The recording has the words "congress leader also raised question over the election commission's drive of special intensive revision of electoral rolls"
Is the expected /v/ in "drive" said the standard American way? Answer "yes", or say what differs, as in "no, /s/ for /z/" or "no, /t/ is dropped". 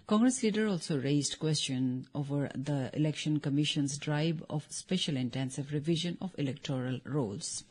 no, /b/ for /v/